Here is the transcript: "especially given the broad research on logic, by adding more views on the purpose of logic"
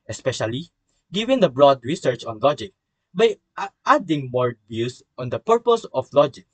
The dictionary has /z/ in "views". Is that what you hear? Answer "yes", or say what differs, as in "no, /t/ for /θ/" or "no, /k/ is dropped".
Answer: no, /s/ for /z/